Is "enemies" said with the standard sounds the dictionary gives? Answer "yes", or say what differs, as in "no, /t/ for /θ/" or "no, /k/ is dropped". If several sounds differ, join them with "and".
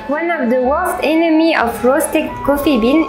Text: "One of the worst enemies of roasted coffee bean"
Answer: no, /z/ is dropped